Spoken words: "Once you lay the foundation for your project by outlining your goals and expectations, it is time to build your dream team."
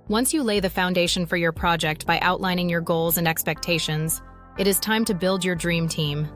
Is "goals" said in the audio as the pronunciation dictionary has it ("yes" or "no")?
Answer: yes